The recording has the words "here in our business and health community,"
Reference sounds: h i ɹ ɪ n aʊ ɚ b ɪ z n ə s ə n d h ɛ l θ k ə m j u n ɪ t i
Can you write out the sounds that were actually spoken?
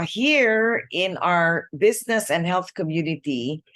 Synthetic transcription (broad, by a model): h i ɹ ɪ n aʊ ɚ b ɪ z n ə s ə n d h ɛ l θ k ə m j u n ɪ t i